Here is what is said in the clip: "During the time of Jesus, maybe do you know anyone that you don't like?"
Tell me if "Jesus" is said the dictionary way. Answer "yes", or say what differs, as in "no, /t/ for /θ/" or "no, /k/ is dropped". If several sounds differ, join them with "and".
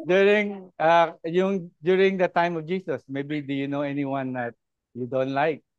no, /s/ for /z/